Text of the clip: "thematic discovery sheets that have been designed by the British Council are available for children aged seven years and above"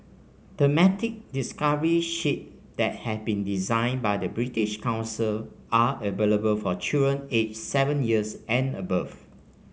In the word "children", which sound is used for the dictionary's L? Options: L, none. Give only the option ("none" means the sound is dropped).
none